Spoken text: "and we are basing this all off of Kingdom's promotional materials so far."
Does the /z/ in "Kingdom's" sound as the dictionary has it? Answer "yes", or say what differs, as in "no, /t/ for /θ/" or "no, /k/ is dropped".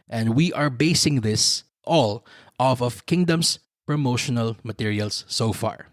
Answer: no, /s/ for /z/